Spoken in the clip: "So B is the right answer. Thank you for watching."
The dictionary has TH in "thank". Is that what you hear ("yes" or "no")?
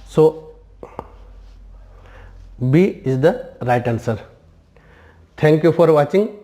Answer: no